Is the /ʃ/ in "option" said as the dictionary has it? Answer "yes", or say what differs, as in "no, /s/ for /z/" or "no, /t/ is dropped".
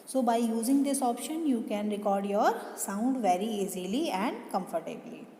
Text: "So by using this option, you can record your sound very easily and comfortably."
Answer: yes